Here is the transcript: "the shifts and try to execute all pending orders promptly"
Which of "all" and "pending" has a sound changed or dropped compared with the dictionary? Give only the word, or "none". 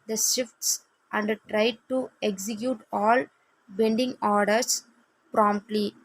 pending